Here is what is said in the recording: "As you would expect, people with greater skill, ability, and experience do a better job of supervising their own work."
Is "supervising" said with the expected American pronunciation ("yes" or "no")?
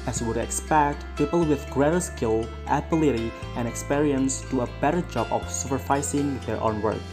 no